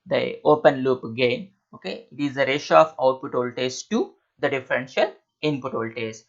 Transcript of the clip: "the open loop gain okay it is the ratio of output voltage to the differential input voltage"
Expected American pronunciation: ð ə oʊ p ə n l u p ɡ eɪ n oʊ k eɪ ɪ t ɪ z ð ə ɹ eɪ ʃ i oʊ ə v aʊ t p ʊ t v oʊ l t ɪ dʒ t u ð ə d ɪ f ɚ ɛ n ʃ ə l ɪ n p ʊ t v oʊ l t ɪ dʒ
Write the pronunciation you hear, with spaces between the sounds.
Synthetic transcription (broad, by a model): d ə oʊ p ə n l u p ɡ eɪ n oʊ k eɪ ɪ t ɪ z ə ɹ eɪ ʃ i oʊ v aʊ t p ʊ t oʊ l t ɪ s t u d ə d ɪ f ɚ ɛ n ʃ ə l ɪ n p ʊ t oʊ l t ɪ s